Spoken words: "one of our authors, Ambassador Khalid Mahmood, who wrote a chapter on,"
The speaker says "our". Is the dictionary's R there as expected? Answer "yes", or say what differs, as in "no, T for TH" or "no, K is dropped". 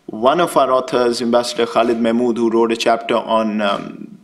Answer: yes